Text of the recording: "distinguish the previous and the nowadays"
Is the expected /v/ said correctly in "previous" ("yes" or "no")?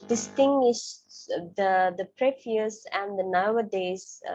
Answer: no